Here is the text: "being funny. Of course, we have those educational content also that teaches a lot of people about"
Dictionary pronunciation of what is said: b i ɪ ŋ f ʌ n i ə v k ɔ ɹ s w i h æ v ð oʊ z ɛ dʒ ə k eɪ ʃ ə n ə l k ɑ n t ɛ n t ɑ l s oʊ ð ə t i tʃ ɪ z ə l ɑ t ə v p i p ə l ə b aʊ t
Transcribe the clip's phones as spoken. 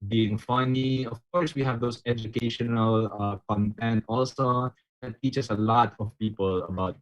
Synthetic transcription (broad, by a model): b i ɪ ŋ f ʌ n i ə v k ɔ ɹ s w i h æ v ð oʊ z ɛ dʒ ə k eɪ ʃ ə n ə l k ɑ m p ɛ n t ɑ l s oʊ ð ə t i tʃ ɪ s ə l ɑ t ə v p i p ə l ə b aʊ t